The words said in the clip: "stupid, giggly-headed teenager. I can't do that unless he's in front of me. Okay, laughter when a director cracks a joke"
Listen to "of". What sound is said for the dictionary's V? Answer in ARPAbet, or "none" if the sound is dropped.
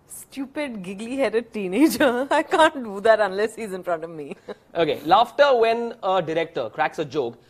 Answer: V